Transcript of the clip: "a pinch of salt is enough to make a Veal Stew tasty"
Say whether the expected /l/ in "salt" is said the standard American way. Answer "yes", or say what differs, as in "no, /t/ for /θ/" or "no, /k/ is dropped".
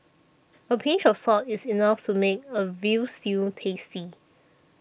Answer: no, /l/ is dropped